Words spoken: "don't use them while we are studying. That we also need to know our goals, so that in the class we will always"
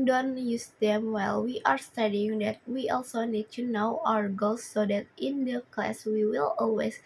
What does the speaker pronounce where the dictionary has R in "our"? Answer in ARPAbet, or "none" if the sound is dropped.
R